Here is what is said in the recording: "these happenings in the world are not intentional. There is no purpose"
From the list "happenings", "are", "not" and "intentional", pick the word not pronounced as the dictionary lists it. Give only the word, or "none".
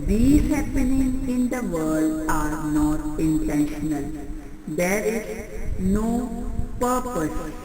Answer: happenings